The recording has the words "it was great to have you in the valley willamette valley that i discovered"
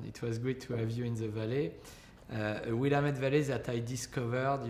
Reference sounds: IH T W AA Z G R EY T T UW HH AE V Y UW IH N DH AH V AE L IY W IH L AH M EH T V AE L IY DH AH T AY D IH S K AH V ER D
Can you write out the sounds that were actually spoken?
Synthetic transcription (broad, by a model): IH T W AA Z G EY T T UW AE V Y UW IH N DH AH V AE L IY W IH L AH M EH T V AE L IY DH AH T AY D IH S K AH V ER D